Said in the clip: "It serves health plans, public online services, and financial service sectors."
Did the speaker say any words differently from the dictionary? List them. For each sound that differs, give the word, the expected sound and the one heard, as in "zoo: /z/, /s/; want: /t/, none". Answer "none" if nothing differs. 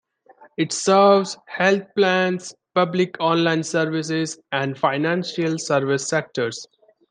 health: /θ/, /t/; plans: /z/, /s/